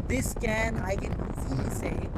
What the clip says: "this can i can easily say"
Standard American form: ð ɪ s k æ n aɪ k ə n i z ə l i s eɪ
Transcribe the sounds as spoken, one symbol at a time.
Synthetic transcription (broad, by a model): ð ɪ s k æ n aɪ k ə n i s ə i